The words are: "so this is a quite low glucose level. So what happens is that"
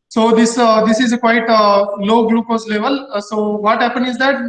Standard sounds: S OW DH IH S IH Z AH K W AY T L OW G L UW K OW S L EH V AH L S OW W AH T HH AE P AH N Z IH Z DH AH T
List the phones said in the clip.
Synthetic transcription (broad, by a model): S OW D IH S IH Z AH K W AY T L OW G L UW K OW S L EH V AH L S OW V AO T HH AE P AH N IH Z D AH T